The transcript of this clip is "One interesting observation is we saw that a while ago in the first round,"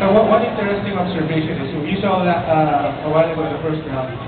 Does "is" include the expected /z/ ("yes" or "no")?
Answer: no